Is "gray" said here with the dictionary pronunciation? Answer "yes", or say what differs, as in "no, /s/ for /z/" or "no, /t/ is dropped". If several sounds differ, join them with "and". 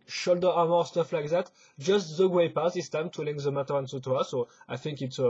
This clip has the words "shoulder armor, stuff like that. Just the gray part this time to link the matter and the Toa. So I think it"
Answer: no, /w/ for /ɹ/